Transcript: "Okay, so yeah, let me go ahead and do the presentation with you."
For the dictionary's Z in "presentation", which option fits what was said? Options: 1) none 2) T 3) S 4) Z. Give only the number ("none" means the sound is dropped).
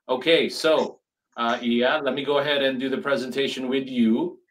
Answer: 4